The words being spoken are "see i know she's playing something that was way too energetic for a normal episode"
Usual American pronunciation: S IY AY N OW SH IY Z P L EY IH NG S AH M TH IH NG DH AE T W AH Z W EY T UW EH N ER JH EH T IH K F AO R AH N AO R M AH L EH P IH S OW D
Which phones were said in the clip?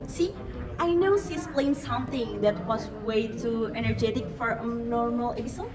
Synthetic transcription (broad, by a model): S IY AY N OW S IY S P L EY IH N S AH M TH IH NG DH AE T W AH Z W EY T UW EH N ER JH EH T IH K F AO R AH N AO R M AH L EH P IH S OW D